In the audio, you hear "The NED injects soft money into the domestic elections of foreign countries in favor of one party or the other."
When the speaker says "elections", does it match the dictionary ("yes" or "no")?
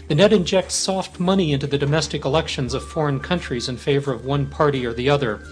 yes